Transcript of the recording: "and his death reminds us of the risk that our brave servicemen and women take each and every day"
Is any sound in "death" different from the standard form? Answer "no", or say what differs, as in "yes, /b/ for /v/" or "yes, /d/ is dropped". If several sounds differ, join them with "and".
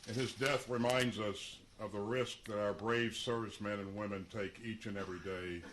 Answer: no